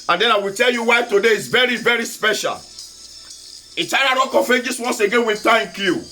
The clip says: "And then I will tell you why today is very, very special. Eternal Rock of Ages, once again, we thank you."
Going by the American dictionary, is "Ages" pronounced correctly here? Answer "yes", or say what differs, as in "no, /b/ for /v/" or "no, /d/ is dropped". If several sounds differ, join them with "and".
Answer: no, /s/ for /z/